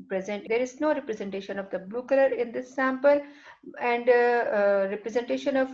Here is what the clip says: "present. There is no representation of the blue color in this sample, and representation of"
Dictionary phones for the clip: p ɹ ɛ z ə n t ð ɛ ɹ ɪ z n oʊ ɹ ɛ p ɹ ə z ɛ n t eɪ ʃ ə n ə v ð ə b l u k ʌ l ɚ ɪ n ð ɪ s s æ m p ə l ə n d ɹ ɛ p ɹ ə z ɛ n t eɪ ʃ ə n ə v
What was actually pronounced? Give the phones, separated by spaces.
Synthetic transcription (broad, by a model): p ɹ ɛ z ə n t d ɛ ɹ ɪ z n oʊ ɹ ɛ p ɹ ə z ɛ n t eɪ ʃ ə n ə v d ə b l u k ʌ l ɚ ɪ n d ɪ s s æ m p ə l ə n d ɹ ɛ p ɹ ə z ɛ n t eɪ ʃ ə n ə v